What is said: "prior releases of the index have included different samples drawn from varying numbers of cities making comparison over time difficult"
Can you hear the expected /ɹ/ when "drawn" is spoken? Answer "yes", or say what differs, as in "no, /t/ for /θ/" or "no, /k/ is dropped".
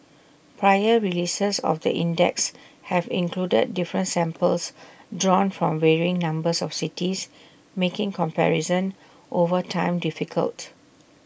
yes